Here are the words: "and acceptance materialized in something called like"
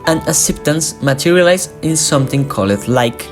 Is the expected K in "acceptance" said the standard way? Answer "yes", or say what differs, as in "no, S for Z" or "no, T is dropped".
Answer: no, K is dropped